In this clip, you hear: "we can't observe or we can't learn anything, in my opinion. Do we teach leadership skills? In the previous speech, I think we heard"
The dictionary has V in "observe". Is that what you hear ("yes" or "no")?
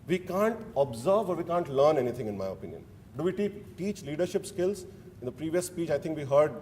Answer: yes